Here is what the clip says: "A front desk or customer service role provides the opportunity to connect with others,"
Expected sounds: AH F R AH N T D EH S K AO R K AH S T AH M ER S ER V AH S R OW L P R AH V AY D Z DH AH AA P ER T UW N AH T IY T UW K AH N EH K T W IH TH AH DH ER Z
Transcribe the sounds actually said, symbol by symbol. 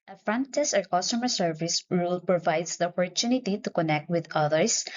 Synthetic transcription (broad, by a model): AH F R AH N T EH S AO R K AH S T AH M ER S ER V AH S R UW L P R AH V AY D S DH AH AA P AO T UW N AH T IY T UW K AH N EH K T W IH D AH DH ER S